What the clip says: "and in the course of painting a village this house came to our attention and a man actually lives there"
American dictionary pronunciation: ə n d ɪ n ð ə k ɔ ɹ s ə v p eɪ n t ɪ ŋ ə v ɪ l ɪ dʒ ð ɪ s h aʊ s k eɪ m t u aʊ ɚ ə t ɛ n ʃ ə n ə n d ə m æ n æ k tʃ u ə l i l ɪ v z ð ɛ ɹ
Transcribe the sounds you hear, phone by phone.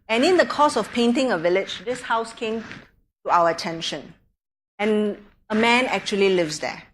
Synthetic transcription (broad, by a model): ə n ɪ n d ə k ɔ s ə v p eɪ n t ɪ ŋ ə v ɪ l ɪ dʒ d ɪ s h aʊ s k eɪ m t u aʊ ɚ ə t ɛ n ʃ ə n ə n ə m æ n æ k tʃ u ə l i l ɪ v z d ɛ